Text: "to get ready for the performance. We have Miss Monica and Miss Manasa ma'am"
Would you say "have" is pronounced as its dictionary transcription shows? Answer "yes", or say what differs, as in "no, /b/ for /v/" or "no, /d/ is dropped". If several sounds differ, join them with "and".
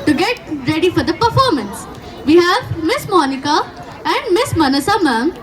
yes